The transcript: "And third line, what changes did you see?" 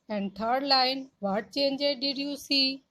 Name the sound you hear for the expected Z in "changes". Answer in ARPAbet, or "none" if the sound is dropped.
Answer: none